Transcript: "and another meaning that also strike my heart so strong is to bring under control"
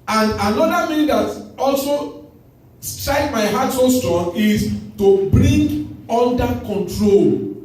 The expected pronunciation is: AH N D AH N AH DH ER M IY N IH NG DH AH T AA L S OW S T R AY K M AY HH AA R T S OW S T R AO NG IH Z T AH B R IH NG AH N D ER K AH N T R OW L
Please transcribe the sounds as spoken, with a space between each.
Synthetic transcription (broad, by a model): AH N D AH N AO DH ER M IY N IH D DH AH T AA L S OW S T R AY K M AY HH AA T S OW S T AO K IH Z T AH B R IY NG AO N D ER K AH N T R OW L